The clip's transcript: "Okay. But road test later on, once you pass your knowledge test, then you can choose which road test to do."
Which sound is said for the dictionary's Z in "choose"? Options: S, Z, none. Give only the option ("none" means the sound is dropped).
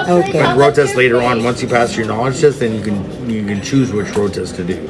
Z